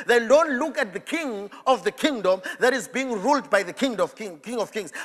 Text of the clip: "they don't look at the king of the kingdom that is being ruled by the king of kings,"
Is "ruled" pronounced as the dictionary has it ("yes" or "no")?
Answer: yes